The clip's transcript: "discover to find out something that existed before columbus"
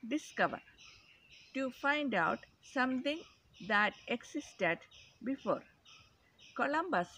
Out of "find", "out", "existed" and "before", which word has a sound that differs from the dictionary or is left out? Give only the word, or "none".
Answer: existed